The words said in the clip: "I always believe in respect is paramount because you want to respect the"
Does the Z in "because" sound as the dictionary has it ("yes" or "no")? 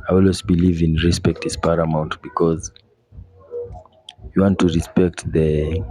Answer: yes